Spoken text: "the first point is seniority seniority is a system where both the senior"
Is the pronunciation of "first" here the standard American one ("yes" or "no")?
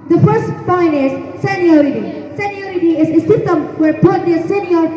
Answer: yes